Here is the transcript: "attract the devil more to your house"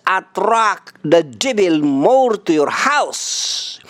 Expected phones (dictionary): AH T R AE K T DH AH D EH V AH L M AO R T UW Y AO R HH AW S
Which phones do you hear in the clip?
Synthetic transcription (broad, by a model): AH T R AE K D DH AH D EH B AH L M AO R T UW Y AO R HH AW S